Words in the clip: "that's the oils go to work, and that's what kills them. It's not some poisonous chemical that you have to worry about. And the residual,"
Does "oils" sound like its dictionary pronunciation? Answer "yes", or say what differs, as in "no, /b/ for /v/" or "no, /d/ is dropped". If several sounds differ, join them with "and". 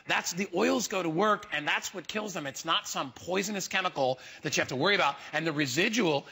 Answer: yes